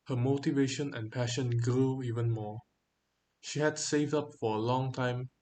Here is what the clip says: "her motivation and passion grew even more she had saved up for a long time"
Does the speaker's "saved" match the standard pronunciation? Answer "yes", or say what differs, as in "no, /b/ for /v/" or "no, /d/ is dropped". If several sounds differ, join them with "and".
yes